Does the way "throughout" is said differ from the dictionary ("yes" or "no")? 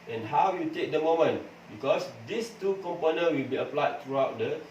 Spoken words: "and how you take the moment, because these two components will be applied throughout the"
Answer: yes